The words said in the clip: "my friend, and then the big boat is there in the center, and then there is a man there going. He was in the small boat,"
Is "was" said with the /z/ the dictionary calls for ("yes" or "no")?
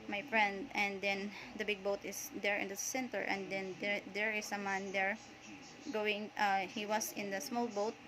no